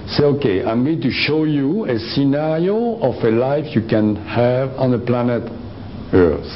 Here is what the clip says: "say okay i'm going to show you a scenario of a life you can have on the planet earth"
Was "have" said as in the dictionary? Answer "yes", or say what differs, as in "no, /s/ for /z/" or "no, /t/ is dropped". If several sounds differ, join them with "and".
yes